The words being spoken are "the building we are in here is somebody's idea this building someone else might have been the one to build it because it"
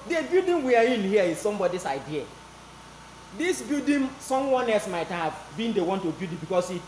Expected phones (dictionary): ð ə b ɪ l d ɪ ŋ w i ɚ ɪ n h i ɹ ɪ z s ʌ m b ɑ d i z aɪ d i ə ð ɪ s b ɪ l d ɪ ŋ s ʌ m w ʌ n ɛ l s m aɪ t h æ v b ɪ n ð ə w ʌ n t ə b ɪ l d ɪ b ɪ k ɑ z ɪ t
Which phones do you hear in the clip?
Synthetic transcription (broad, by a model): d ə b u d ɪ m w i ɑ ɪ n h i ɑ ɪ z s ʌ m b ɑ d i s aɪ d i ə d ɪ s b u d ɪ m s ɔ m w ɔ n ɛ l s m aɪ t h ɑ v b ɪ n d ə w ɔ n t ə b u d ɪ b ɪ k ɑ s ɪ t